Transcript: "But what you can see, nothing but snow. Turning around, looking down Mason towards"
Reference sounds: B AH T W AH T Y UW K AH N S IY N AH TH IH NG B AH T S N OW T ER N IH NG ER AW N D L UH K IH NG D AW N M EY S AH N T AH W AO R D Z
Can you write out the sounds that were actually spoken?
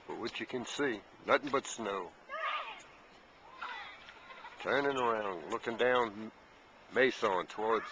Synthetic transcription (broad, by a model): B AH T W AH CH Y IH K AH N S IY N AH TH IH NG B AH T S N OW T ER N IH NG ER AW N D L UH K IH NG D AW N M EY S AH N T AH W AO R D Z